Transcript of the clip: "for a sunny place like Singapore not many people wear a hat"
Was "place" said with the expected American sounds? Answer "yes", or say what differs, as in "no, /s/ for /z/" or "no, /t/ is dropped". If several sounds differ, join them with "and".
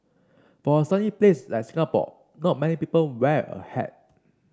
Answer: yes